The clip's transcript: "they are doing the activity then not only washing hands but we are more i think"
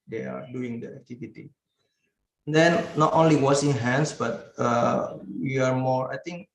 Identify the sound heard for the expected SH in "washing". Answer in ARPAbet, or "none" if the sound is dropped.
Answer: S